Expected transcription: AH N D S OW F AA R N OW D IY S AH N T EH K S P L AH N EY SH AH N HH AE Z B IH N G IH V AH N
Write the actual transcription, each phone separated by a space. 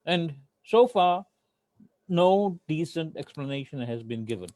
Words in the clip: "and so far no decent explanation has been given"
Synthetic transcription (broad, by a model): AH N D S OW F AA R N OW D IY S AH N T EH K S P L AH N EY SH AH N HH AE Z B IH N G IH V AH N